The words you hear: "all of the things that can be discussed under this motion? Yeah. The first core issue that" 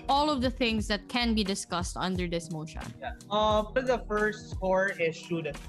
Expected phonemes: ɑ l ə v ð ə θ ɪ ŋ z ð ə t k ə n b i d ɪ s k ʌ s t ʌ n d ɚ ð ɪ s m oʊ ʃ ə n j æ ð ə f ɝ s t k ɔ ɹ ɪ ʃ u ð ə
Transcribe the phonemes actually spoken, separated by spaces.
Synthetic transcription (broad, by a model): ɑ l ə v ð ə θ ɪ ŋ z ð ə t k ə n b i d ɪ s k ʌ s t ʌ n d ɚ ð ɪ s m oʊ ʃ ə n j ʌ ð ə f ɝ s t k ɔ ɹ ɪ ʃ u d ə